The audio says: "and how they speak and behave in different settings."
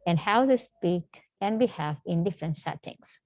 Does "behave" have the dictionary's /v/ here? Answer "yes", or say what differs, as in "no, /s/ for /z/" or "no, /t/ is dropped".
no, /f/ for /v/